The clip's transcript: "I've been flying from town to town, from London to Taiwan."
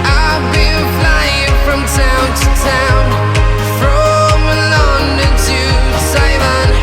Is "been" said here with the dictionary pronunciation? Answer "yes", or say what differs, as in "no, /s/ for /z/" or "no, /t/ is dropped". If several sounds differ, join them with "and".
no, /l/ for /n/